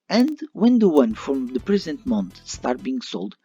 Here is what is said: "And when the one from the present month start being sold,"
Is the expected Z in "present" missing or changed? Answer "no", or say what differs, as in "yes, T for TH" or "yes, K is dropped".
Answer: no